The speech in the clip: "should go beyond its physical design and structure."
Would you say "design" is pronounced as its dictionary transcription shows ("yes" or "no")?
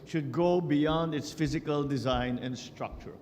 yes